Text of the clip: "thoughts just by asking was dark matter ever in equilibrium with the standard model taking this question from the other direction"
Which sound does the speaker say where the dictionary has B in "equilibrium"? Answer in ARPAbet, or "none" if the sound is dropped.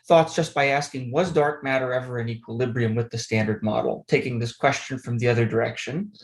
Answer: B